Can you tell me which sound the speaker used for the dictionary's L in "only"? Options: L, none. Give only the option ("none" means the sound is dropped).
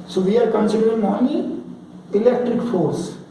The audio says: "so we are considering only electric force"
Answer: none